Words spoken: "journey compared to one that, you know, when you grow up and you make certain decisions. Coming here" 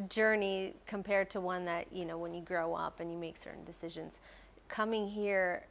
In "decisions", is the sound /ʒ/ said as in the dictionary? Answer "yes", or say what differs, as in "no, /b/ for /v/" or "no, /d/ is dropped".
yes